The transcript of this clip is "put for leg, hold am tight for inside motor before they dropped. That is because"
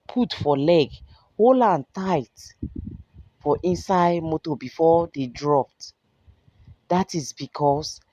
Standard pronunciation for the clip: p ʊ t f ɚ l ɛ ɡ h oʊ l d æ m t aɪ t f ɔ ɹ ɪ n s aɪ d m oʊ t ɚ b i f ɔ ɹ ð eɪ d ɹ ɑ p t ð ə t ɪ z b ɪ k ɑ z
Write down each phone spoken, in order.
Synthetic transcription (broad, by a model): p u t f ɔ l ɛ ɡ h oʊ l ɑ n t aɪ t f ɔ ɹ ɪ n s aɪ d m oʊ t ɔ b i f ɔ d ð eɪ d ɹ ɑ p t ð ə t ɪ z b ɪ k ɑ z